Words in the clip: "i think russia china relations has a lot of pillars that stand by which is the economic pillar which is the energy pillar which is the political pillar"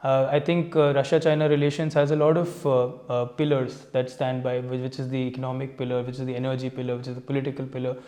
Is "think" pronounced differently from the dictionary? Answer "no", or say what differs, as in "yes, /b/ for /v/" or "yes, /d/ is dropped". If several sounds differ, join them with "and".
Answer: yes, /t/ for /θ/